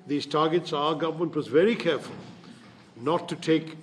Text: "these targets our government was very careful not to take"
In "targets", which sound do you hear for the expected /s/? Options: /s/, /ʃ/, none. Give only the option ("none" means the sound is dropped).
/s/